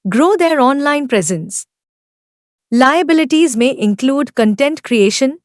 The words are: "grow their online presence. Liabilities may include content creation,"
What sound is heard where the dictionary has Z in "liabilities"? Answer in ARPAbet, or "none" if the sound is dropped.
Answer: Z